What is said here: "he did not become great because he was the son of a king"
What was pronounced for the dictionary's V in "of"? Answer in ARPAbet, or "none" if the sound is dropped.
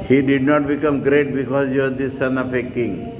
P